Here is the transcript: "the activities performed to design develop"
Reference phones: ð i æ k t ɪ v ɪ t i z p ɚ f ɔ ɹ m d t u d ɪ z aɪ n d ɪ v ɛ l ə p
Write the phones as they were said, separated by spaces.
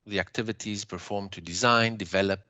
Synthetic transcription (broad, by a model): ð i æ k t ɪ v ɪ t i z p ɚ f ɔ ɹ m t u d ɪ z aɪ n d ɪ v ɛ l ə p